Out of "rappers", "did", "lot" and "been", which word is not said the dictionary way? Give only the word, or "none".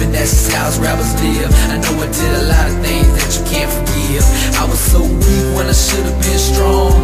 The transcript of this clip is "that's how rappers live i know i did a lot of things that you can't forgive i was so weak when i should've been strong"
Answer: rappers